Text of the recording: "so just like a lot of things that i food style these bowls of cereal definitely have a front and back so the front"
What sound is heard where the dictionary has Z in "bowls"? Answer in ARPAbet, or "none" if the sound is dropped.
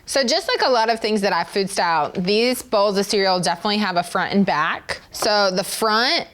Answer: Z